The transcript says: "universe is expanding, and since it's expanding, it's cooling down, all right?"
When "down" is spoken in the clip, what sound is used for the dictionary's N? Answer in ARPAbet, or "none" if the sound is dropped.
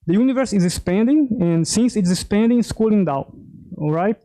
none